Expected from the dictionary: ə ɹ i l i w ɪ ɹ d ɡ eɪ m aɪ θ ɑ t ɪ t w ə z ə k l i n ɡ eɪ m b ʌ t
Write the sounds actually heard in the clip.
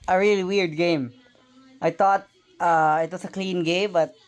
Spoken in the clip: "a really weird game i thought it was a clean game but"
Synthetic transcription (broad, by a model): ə ɹ i l i w ɪ ɹ d ɡ eɪ m aɪ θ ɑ t ɪ t w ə s ə k l i n ɡ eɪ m b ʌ t